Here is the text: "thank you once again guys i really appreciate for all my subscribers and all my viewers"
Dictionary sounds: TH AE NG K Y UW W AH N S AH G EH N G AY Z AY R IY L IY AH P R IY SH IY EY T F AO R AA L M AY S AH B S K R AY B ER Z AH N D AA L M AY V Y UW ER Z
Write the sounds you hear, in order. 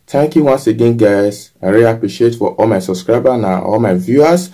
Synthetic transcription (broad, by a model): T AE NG K Y UW W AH N S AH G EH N G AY S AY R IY IY P R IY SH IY EY T F AO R AA L M AY S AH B S K R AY B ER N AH AA L M AY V Y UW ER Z